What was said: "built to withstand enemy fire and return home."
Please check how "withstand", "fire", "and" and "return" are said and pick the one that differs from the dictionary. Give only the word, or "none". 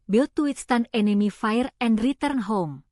withstand